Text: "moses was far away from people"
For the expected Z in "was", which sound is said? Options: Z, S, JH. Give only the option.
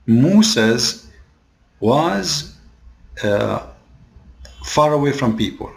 Z